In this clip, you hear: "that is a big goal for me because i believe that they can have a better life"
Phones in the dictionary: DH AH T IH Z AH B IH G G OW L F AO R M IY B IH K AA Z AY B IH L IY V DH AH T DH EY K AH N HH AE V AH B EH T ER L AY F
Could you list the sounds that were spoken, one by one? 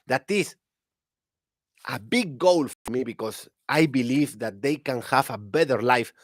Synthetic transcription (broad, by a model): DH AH T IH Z AH B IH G G OW L F AO R M IY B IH K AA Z AY B IH L IY V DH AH T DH EY K AH N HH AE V AH B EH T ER L AY F